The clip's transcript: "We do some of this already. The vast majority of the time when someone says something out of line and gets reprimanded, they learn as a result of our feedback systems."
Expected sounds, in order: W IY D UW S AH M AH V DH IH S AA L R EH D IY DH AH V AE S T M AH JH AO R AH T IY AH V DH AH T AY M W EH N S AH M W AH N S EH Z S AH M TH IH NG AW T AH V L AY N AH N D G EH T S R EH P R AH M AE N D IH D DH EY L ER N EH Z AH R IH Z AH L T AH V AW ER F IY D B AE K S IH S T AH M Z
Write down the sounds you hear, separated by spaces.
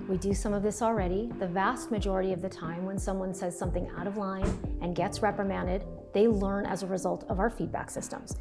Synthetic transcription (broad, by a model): W IY D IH S AH M AH V DH IH S L R EH D IY DH AH V AE S T M AH JH AO R AH T IY AH V DH AH T AY M W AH N S AH M W AH N S EH Z S AH M TH IH NG AW T AH V L AY N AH N G EH T S R EH P R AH M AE N D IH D DH EY L ER N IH Z AH R IH Z AH L T AH V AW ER F IY D B AE K S IH S T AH M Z